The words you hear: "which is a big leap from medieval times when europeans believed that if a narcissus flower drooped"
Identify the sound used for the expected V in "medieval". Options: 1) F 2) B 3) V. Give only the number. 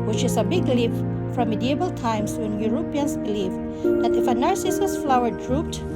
2